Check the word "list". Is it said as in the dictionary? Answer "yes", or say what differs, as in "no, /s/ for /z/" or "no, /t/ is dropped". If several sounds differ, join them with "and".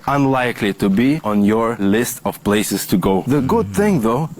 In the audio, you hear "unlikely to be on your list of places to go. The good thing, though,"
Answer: yes